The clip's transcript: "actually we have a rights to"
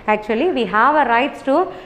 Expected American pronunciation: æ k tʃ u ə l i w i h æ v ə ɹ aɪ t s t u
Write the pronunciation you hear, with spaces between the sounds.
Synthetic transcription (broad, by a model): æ k tʃ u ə l i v i h æ v ə ɹ aɪ t s t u